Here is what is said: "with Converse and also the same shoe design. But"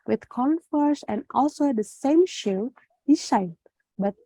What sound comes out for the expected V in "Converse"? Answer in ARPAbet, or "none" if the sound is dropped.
F